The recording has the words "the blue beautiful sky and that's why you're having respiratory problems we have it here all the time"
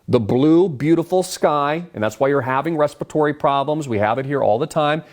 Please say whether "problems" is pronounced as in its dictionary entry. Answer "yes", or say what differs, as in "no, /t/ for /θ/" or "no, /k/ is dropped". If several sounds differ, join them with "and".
yes